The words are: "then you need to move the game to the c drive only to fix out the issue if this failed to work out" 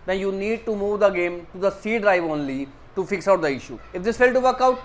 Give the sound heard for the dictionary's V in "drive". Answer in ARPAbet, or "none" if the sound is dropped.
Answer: V